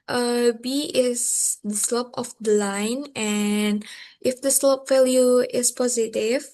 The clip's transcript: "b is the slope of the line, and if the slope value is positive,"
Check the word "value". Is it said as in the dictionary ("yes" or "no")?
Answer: no